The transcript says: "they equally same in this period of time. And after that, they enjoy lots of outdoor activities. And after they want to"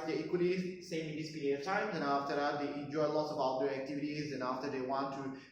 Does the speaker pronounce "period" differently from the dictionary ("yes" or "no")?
yes